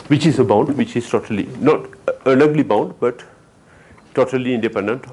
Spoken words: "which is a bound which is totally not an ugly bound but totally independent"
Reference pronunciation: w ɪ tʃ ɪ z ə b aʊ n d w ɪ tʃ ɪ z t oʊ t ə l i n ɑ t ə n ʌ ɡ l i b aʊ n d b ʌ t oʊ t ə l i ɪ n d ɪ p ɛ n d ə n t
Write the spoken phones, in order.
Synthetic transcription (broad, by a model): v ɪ tʃ ɪ z ə b aʊ n d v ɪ tʃ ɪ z t oʊ t ə l i n ɑ t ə l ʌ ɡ l i b aʊ n d b ʌ t oʊ t ə l i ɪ n d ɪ p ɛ n d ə n t